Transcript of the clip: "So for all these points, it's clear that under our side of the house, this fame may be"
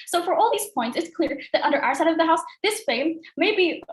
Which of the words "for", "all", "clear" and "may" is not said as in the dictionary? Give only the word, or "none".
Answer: none